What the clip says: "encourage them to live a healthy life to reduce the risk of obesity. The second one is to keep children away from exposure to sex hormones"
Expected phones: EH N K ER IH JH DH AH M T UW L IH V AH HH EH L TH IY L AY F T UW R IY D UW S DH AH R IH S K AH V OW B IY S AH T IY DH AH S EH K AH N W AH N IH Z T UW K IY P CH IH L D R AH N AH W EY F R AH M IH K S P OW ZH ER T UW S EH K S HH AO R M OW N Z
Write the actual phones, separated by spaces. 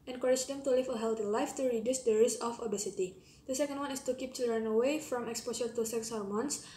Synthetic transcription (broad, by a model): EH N K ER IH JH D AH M T UW L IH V AH HH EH L T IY L AY F T UW R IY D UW S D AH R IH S AH F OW B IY S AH T IY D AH S EH K AH N W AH N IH S T UW K IY P CH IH L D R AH N AH W EY F R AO M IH K S P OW SH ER T UW S EH K S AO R M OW N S